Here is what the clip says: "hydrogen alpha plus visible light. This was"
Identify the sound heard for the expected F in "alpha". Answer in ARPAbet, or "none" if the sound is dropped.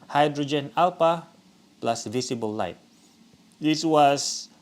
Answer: P